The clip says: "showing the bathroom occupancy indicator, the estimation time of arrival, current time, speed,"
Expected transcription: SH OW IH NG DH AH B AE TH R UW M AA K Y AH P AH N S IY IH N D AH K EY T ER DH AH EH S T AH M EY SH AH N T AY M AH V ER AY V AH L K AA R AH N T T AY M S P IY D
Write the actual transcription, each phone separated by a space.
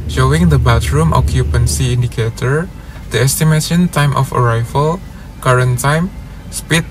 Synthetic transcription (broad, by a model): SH OW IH NG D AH B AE T R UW M AA K Y AH P AH N S IY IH N D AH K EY T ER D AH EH S T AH M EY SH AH N T AY M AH F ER AY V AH L K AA R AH N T T AY M S P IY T